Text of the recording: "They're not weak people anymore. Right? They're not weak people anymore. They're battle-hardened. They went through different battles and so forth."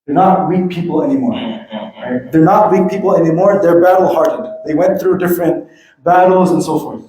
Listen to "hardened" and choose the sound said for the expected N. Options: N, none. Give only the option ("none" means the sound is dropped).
none